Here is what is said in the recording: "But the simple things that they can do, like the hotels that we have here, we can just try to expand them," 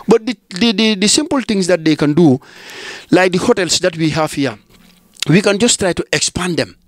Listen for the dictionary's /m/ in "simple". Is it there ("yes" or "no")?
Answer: yes